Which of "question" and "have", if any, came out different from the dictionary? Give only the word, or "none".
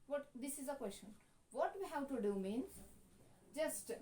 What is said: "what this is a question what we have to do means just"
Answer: have